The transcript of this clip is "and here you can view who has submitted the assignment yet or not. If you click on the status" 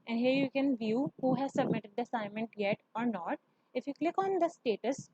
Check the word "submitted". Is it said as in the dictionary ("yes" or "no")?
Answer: yes